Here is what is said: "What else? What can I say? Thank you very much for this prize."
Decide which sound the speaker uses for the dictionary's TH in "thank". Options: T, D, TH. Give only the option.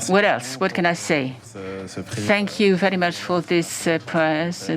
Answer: TH